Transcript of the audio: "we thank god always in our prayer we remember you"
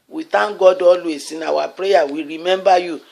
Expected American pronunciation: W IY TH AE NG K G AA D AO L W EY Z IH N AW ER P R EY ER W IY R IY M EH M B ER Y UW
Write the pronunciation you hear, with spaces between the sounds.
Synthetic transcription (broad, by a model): W IY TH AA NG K G AA D AO L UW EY S IH N AW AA P R EY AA W IY R IY M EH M B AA Y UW